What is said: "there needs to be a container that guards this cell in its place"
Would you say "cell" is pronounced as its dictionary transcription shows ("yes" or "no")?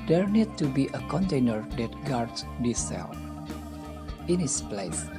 no